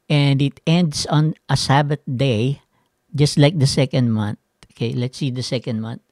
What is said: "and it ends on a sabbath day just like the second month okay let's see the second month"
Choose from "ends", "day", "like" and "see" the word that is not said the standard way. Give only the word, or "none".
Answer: ends